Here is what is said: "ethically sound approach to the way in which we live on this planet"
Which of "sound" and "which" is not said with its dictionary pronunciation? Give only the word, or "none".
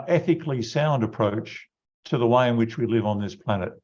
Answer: none